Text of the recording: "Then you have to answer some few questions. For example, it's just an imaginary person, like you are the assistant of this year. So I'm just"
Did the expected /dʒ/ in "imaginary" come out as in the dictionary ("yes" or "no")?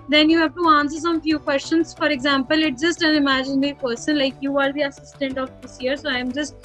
yes